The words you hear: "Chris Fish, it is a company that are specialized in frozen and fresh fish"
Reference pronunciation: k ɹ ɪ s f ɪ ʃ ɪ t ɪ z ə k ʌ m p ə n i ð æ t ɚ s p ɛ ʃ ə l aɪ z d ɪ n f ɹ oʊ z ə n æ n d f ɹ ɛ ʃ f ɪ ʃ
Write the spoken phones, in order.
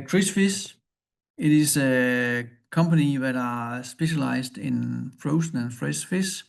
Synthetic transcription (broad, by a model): k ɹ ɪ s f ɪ s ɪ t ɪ s ə k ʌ m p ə n i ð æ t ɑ s b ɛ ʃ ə l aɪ s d ɪ n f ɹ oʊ s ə n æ n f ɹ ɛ s f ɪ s